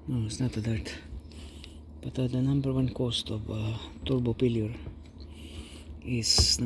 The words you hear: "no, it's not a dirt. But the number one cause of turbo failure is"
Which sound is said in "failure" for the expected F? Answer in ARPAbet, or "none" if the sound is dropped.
P